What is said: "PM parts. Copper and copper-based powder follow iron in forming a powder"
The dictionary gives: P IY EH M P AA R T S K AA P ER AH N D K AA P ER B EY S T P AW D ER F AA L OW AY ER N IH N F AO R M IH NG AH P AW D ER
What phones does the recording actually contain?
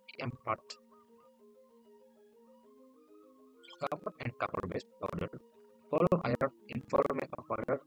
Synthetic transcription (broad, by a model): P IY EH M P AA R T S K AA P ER AH N D K AA P ER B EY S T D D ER F AA L OW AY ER IH N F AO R M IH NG AH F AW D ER